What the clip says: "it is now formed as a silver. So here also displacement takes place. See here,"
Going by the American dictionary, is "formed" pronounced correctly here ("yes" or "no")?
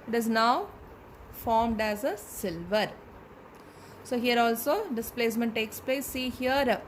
yes